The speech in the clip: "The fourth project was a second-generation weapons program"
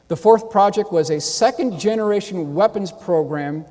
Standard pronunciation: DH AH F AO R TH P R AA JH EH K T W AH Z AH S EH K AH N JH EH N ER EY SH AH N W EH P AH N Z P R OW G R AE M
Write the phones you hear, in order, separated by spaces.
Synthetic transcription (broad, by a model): DH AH F AO R TH P R AA JH EH K T W AH Z AH S EH K AH N JH EH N ER EY SH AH N W EH P AH N Z P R OW G R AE M